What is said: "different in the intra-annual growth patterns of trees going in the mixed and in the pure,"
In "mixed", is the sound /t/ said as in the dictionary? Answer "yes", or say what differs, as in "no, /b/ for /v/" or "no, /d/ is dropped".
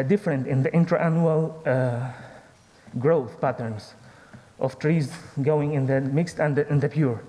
yes